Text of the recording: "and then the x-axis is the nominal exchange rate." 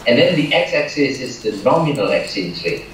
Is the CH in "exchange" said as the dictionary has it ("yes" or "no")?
no